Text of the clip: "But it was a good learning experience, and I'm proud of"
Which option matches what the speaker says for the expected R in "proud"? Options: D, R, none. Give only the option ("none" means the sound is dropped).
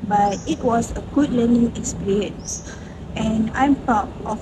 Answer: none